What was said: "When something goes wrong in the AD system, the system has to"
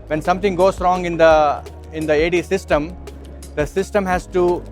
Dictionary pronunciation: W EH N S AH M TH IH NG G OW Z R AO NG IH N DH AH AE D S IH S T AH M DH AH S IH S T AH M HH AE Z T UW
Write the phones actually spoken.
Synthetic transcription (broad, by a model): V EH N S AH M T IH NG G OW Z R AO NG IH N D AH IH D S IH S T AH M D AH S IH S T AH M HH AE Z T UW